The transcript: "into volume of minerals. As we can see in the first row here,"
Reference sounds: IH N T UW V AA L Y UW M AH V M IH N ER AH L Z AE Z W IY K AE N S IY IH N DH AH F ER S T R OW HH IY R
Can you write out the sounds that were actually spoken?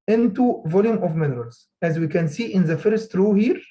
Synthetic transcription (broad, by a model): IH N T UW V AA L Y UW M AH V M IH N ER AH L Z AE Z W IY K AE N S IY IH N DH AH F ER S T R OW HH IY R